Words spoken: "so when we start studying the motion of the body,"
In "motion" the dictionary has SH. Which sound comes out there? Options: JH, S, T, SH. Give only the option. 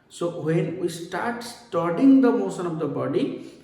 S